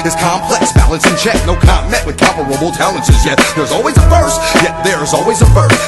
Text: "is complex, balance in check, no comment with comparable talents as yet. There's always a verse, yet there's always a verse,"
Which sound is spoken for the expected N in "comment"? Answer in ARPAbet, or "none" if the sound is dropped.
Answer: none